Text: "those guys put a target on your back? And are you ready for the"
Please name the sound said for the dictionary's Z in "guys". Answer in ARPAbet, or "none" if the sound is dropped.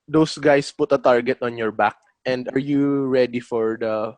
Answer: S